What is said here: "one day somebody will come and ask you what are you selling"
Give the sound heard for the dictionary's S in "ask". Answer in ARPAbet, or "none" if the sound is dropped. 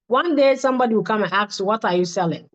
none